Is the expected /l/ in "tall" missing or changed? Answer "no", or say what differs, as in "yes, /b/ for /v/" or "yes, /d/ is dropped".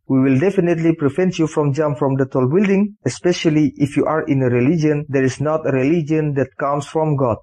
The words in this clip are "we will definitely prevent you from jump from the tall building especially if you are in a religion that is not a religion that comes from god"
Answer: no